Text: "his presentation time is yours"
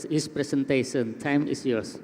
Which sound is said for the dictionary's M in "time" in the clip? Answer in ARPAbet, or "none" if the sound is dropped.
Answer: M